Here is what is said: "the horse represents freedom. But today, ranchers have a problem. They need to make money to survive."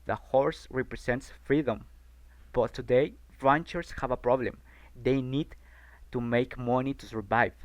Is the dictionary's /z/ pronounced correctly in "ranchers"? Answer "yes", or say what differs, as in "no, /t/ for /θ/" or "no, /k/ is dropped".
no, /s/ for /z/